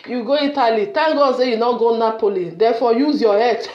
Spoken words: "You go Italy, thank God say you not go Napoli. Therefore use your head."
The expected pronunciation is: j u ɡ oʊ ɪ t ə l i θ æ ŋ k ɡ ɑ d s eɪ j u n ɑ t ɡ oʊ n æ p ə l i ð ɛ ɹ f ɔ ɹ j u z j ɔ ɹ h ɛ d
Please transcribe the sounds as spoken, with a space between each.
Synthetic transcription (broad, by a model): j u ɡ oʊ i t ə l i t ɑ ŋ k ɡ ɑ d s eɪ j u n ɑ ɡ oʊ n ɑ p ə l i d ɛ f ɔ j u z j ɔ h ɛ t